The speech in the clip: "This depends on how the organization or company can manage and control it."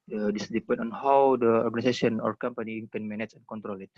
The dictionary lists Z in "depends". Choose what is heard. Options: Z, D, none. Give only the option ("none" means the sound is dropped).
none